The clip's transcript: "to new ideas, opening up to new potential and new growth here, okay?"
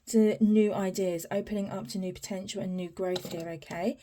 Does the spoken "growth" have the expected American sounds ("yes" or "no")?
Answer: yes